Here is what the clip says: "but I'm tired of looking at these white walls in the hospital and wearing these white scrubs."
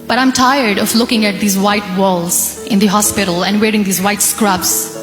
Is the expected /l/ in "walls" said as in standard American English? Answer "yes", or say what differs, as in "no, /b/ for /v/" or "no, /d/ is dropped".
yes